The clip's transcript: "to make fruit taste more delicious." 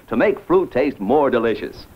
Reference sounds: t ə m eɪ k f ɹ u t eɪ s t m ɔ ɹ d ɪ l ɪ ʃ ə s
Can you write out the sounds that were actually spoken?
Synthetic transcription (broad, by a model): t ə m eɪ k f ɹ u t eɪ s t m ɔ ɹ d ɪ l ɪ ʃ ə s